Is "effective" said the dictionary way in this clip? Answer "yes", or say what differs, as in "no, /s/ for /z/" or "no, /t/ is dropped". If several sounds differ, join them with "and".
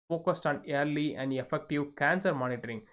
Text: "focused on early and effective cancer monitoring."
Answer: yes